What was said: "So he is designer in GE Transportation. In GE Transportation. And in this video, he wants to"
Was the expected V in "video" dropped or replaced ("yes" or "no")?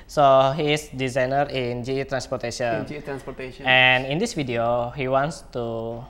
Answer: yes